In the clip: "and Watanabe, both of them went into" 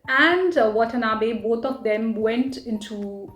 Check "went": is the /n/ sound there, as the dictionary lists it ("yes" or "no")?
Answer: yes